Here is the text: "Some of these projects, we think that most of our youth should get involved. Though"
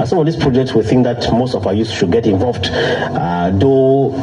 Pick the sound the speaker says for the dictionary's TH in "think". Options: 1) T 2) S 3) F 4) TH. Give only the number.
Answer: 4